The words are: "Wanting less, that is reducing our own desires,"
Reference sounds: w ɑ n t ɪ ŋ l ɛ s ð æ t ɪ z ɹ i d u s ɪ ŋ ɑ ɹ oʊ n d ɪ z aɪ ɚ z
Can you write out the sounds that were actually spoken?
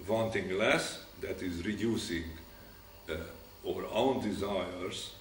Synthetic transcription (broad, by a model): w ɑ n t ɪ ŋ l ɛ s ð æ t ɪ z ɹ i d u s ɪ ŋ ɑ ɹ oʊ n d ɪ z aɪ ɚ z